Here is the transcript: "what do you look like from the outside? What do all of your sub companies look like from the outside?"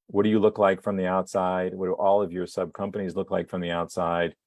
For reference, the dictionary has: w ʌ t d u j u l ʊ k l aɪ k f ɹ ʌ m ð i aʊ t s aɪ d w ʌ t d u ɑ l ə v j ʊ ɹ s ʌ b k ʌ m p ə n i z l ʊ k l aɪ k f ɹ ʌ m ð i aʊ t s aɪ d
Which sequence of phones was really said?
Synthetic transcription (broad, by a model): w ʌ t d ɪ j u l ʊ k l aɪ k f ɹ ʌ m ð i aʊ t s aɪ d w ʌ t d ɑ l ə v j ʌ ɹ s ʌ b k ʌ m p ə n i z l ʊ k l aɪ k f ɹ ʌ m ð i aʊ t s aɪ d